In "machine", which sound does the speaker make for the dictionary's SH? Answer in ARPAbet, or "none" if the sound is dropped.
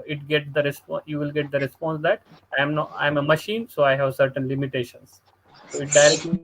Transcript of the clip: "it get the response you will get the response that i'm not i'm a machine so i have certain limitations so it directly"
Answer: SH